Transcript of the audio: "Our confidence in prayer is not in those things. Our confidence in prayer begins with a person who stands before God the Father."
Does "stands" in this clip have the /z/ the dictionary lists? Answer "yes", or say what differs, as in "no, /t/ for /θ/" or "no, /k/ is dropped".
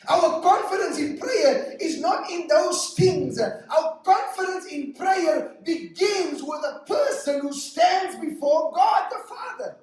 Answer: yes